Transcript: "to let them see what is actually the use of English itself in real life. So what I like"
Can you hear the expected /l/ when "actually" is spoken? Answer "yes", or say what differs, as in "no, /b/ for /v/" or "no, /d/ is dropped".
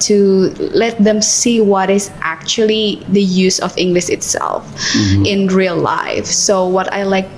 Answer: yes